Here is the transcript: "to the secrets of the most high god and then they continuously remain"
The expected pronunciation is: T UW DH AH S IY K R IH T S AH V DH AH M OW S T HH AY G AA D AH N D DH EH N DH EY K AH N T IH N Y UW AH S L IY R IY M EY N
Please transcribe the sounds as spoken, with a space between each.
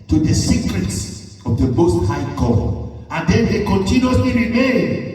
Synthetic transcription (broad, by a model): T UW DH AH S IY K R IH T S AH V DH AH M OW S T HH AY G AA AH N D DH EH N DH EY K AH N T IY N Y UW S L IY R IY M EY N